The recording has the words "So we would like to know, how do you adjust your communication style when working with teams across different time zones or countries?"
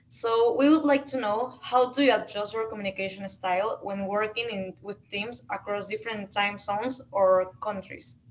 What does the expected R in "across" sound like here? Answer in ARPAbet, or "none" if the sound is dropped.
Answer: R